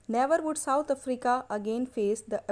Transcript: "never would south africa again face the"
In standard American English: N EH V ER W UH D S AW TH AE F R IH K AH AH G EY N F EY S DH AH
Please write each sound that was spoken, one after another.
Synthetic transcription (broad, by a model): N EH V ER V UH D S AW T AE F R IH K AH AH G EY N F EY S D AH